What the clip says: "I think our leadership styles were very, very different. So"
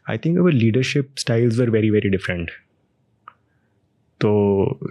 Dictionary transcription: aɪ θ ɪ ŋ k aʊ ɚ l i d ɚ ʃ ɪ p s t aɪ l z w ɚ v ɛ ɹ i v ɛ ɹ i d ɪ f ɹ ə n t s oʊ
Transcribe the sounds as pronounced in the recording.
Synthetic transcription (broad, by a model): aɪ t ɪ ŋ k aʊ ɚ l i d ɚ ʃ ɪ p s t aɪ l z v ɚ v ɛ ɹ i v ɛ ɹ i d ɪ f ɹ ə n t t oʊ